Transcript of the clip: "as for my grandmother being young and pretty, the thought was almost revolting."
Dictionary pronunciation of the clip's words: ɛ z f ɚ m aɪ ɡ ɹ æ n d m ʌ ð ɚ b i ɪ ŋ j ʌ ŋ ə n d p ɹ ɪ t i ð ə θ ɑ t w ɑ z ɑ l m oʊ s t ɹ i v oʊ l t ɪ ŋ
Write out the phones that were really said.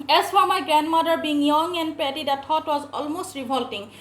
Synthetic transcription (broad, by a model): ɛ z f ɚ m aɪ ɡ ɹ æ n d m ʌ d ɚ b i ɪ ŋ j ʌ ŋ ə n d p ɛ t i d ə t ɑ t w ɑ z ɑ l m oʊ s t ɹ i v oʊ l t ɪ ŋ